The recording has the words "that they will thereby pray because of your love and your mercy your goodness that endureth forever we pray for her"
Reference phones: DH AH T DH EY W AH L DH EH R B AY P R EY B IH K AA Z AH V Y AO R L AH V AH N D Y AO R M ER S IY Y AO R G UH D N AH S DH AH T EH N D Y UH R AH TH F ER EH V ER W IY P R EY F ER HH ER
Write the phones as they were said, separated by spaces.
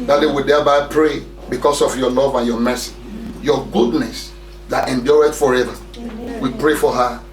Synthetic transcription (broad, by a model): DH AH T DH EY W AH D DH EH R B AY P R EY B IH K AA S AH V Y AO L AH V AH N Y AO M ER S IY Y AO G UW D N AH S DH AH T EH N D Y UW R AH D F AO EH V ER W IY P R EY F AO HH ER